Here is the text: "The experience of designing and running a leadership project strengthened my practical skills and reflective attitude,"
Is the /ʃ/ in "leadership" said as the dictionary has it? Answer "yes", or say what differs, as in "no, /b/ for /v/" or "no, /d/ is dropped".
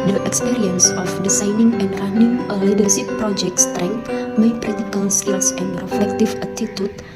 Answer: no, /s/ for /ʃ/